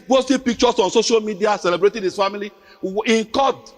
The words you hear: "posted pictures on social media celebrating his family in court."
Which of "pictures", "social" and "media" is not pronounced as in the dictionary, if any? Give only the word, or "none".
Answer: pictures